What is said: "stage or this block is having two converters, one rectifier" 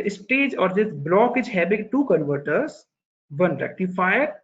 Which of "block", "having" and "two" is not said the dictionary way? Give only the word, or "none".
having